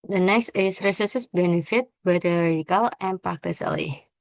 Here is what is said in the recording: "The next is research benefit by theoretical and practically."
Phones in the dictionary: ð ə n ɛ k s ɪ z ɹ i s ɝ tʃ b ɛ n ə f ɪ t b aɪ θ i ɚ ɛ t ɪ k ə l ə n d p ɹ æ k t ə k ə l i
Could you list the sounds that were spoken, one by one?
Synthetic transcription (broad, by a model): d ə n ɛ k s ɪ s ɹ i s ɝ s b ɛ n ə f ɪ t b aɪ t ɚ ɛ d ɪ k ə l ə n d p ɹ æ k t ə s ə l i